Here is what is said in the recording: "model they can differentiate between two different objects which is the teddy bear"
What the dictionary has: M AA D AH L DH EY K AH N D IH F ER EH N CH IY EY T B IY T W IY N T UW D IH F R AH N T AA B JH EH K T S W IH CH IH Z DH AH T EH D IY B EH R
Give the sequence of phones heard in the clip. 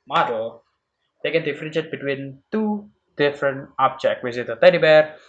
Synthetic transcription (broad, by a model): M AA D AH L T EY K AH N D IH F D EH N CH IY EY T B IY T W IY N T UW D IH F R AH N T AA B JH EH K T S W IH S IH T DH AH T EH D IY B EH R